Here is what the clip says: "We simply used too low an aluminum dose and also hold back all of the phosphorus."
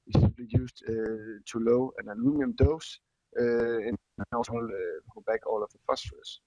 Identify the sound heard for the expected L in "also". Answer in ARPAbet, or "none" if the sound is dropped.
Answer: none